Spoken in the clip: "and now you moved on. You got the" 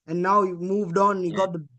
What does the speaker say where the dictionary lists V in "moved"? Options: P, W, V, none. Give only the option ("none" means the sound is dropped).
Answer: V